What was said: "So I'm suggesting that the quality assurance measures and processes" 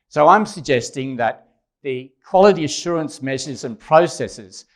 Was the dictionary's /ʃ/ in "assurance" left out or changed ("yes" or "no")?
no